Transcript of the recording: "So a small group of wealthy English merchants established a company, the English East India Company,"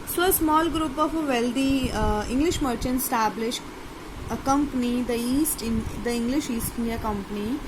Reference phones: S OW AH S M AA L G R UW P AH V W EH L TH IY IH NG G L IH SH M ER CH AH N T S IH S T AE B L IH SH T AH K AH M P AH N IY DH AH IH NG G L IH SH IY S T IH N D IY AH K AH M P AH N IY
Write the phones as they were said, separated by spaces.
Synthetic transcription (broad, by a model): S OW AH S M AA L G R UW P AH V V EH L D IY IH NG G L IH SH M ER CH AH N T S S T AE B L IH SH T AH K AH M P AH N IY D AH IH NG G L IH SH IY S T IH N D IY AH K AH M P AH N IY